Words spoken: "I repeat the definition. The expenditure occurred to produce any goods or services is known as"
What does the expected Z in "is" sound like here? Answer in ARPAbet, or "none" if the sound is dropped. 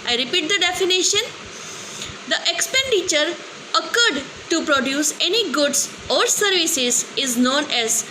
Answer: Z